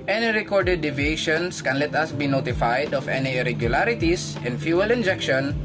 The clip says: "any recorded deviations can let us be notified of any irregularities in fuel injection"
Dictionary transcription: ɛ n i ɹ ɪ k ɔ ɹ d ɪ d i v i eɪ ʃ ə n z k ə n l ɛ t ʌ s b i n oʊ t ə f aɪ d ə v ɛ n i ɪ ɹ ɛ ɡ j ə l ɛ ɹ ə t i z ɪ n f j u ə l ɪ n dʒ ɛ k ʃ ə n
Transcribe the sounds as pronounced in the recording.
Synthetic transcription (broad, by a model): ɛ n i ɹ ɪ k ɔ ɹ d ɪ d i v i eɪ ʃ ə n s k ə n l ɛ t ʌ s b i n oʊ t ə f aɪ d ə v ɛ n i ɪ ɹ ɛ ɡ j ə l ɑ ɹ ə t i s ɪ n f j u ə l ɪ n dʒ ɛ k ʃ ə n